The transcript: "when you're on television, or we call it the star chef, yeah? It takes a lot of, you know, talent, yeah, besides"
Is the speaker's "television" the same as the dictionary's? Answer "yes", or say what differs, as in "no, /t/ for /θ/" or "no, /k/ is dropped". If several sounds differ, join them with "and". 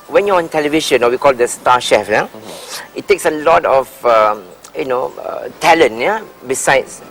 no, /ʃ/ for /ʒ/